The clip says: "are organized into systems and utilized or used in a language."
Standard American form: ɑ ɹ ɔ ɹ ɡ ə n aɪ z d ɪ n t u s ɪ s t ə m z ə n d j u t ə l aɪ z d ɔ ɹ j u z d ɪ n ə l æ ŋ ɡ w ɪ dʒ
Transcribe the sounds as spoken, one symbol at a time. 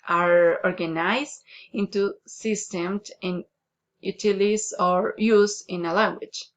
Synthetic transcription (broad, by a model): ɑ ɹ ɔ ɹ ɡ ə n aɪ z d ɪ n t u s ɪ s t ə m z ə n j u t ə l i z ɔ ɹ j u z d ɪ n ə l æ ŋ ɡ w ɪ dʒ